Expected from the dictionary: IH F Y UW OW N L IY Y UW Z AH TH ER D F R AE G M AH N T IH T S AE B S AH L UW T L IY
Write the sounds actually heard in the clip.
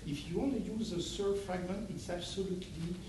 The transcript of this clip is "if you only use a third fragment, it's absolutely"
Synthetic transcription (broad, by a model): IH F Y UW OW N L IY Y UW Z AH S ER F R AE G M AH N T IH T S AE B S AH L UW T L IY